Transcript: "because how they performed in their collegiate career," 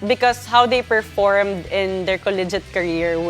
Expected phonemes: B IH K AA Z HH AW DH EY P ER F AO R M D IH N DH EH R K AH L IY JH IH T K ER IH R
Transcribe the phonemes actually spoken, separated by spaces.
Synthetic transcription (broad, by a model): B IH K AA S HH AW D EY P ER F AO R M D IH N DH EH R K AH L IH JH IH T K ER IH R